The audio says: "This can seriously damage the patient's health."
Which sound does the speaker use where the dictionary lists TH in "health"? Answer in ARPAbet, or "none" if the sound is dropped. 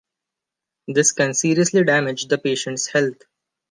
T